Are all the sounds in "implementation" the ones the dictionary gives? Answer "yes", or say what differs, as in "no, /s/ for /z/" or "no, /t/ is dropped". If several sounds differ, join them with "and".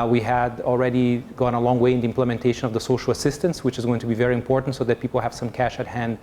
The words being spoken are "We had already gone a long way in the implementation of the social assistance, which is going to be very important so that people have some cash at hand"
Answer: yes